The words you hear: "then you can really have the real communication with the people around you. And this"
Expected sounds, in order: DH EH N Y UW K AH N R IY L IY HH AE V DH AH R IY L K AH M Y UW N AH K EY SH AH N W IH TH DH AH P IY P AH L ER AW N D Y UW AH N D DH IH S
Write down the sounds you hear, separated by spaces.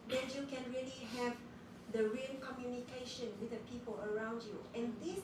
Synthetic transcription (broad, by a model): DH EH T Y UW K AH N R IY L IY HH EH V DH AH R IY N K AH M Y UW N AH K EY SH AH N W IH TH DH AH P IY P AH L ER AW N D Y UW AH N D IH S